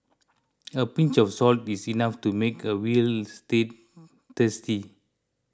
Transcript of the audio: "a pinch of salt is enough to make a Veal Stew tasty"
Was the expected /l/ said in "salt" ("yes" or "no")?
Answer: yes